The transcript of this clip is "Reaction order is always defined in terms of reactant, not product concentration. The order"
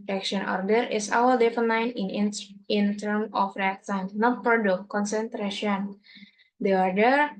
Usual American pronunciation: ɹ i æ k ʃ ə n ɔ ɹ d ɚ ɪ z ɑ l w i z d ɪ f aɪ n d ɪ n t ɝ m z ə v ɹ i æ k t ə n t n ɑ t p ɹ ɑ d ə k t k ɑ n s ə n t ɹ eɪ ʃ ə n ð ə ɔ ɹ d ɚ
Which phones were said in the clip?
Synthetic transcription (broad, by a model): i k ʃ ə n ɔ ɹ d ɚ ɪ s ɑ w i d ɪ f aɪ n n ɪ n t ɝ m ə f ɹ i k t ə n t n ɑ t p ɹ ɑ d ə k k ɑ n s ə n t ɹ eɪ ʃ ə n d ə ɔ ɹ d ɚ